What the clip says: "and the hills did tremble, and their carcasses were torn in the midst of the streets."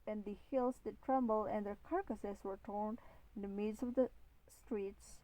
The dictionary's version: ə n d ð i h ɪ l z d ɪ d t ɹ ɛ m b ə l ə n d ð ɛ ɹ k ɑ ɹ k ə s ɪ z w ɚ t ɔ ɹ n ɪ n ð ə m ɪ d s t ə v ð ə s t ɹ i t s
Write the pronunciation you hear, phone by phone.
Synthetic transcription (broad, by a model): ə n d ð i h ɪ l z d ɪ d t ɹ ɛ m b ə l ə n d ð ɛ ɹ k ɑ ɹ k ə s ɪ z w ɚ t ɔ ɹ n ɪ n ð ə m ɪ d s ə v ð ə s t ɹ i t s